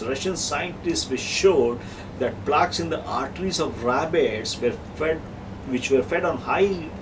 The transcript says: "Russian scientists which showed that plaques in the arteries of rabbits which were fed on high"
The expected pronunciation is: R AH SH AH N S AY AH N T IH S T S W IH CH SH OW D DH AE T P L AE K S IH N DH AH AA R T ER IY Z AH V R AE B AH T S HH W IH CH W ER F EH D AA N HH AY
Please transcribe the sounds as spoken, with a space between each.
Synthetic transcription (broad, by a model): R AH SH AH N S AY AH N T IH S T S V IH SH OW D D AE T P L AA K S IH N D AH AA R T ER IY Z AH V R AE B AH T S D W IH CH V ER F EH D AA N HH AY